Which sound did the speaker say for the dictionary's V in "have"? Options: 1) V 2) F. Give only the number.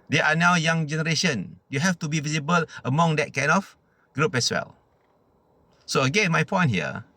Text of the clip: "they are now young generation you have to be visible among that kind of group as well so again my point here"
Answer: 2